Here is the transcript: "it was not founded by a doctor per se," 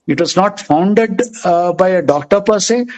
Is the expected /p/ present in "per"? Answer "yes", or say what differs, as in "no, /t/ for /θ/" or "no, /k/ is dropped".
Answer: yes